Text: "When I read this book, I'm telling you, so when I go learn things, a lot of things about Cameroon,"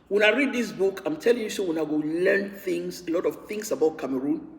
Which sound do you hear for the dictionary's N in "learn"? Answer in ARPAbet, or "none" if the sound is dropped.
N